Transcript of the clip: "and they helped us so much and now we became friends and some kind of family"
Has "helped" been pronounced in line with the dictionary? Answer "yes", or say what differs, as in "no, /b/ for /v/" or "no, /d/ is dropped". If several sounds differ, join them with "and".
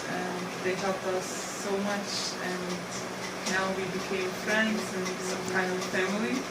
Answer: no, /t/ is dropped